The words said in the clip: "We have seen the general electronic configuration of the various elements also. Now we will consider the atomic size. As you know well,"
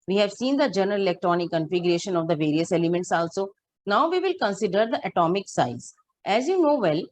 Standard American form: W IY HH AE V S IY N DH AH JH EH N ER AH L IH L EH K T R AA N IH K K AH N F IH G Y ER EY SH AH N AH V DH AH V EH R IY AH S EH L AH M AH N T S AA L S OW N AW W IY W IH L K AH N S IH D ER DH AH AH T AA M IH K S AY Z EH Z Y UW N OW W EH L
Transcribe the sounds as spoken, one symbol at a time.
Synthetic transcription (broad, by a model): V IY HH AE V S IY N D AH JH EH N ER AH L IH L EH K T R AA N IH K K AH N F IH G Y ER EY SH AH N AH V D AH V EH R IY AH S EH L AH M AH N T S AA L S OW N AW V IY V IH L K AH N S IH D ER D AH AH T AA M IH K S AY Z EH Z Y UW N OW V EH L